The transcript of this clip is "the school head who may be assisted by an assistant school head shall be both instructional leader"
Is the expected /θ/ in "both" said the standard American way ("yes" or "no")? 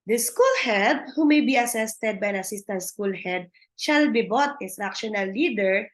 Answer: no